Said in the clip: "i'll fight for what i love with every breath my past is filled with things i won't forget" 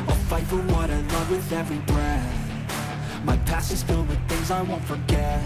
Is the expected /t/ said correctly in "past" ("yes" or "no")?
no